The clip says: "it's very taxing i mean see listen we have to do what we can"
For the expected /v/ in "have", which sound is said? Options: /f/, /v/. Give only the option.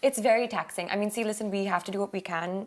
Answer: /f/